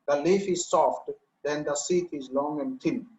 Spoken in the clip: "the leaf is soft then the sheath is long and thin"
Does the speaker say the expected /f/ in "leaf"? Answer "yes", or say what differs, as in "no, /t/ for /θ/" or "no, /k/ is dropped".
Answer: yes